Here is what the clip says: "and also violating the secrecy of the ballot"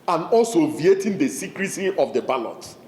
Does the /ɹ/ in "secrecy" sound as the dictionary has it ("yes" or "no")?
yes